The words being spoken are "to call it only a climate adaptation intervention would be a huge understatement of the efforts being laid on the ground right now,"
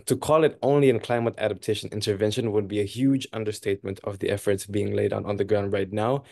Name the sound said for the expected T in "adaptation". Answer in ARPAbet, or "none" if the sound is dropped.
T